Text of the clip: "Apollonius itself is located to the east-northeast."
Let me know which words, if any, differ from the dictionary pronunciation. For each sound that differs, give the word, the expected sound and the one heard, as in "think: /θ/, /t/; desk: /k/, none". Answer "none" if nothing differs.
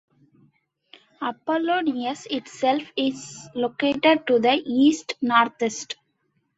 northeast: /θ/, /t/